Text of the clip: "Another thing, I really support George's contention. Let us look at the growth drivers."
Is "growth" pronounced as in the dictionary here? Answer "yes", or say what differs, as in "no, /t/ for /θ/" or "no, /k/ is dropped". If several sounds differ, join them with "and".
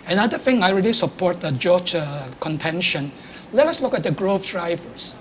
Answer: no, /f/ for /θ/